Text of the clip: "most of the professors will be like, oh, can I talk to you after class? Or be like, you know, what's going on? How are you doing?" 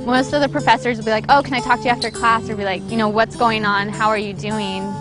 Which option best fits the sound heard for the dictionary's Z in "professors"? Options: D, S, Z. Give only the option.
Z